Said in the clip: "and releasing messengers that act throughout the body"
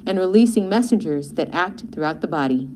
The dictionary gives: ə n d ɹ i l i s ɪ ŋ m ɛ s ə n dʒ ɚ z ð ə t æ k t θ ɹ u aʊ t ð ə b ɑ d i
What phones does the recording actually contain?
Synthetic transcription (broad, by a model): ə n ɹ i l i s ɪ ŋ m ɛ s ə n dʒ ɚ z ð ə t æ k t θ ɹ u aʊ t ð ə b ɑ d i